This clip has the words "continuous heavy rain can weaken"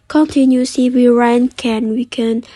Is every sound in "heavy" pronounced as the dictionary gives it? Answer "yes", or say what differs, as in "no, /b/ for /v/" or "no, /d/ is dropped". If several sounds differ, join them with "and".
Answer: no, /w/ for /v/